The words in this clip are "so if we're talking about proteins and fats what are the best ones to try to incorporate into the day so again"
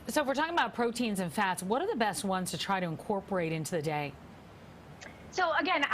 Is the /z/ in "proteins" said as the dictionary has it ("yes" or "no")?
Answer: yes